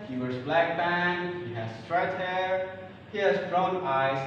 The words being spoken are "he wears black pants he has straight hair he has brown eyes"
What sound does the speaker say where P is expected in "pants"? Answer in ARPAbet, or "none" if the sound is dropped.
B